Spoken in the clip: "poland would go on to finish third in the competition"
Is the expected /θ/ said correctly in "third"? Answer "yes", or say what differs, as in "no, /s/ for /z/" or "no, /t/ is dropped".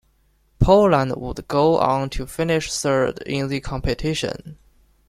no, /s/ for /θ/